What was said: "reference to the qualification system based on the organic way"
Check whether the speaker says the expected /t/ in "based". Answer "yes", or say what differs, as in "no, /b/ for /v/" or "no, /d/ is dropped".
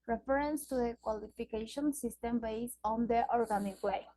no, /t/ is dropped